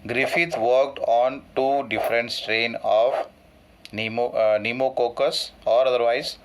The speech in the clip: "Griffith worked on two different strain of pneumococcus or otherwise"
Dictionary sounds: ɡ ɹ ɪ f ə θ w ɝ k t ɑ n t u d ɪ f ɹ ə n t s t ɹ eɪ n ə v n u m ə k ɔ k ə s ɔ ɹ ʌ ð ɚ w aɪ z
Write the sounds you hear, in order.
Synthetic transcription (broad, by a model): ɡ ɹ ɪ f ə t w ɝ k t ɑ n t u d ɪ f ɹ ə n t s t ɹ eɪ n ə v n u m ə k ɔ k ə s ɔ ɹ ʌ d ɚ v aɪ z